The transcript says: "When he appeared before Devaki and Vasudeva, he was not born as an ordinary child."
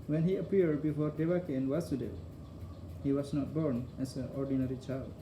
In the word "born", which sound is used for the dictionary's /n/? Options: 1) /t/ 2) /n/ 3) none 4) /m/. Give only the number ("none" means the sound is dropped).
2